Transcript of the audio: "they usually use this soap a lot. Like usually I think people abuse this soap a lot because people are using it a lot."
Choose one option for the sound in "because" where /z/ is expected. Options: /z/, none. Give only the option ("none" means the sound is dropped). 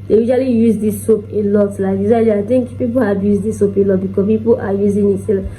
none